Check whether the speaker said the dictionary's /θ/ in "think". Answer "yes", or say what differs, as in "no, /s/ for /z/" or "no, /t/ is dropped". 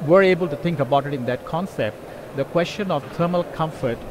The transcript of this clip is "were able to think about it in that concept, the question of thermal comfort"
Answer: no, /t/ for /θ/